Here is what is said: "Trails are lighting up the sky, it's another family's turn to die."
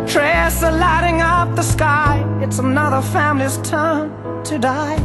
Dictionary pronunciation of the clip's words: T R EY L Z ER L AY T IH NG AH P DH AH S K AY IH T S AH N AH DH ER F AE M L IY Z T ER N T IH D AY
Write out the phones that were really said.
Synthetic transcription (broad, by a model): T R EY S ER L AY T IH NG AH P DH AH S K AY IH T S AH N AH DH ER F AE M L IY Z T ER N T IH D AY